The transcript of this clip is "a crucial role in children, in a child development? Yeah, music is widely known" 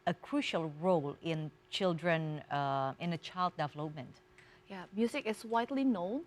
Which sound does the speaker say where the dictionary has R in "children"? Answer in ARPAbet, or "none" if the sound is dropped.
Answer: R